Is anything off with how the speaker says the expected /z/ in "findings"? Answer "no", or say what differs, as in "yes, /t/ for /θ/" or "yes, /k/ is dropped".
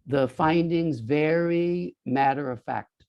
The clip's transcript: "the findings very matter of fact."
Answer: no